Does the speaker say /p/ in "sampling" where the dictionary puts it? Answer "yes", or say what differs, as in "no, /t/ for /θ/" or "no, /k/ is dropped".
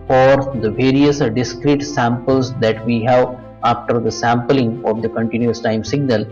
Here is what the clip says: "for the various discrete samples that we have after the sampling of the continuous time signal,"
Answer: yes